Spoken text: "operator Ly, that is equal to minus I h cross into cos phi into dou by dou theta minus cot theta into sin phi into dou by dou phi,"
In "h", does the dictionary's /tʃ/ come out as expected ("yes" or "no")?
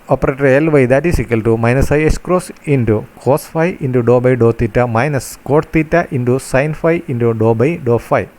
no